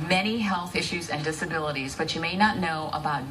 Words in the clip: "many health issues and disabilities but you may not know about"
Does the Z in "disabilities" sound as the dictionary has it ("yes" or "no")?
yes